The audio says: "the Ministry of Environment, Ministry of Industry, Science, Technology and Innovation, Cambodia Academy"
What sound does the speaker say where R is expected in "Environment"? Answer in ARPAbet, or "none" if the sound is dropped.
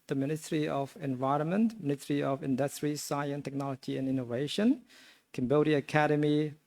R